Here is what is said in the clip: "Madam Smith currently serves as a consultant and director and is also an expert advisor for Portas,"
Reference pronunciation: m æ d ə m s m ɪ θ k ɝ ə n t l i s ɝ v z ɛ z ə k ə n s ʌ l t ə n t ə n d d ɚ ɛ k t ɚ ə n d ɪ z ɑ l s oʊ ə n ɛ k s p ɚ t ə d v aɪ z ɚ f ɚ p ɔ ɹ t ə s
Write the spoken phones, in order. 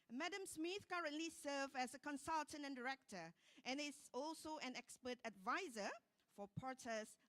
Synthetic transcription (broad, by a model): m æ d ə m s m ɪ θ k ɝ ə n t l i s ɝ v ɛ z ə k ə n s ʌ l t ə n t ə n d d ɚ ɛ k t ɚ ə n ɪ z ɑ l s oʊ ə n ɛ k s p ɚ t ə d v aɪ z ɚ f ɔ p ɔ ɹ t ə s